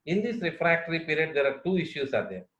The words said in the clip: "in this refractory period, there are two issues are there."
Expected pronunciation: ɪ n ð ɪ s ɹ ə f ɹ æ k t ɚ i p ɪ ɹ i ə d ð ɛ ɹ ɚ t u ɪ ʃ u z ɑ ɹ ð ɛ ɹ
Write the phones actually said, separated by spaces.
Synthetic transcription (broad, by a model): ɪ n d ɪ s ɹ ə f ɹ æ k t ɚ i p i ɹ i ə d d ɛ ɹ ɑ t u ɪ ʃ u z ɑ ɹ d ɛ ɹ